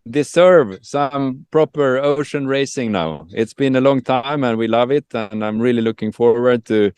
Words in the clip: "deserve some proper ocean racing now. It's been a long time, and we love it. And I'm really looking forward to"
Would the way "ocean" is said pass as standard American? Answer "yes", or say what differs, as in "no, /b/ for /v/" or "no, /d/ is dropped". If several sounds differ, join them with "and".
yes